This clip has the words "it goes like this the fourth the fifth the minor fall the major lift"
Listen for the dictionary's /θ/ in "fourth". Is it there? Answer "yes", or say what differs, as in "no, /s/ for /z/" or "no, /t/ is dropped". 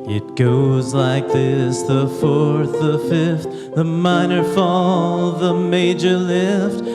yes